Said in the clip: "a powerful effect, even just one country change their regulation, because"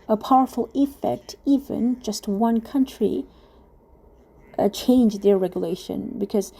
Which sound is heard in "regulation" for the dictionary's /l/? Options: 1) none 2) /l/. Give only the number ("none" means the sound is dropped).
2